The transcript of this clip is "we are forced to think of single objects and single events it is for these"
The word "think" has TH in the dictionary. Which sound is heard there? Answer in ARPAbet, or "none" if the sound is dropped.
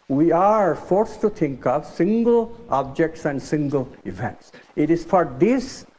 T